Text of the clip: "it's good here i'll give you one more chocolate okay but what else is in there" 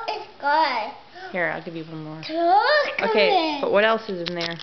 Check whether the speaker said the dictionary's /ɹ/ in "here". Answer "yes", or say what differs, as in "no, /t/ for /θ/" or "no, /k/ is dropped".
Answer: yes